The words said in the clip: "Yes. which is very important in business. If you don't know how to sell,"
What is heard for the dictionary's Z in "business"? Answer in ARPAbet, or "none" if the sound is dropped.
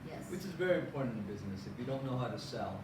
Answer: Z